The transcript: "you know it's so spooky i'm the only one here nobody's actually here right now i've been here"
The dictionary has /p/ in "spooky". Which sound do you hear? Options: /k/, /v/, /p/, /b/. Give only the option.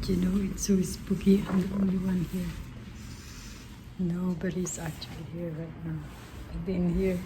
/b/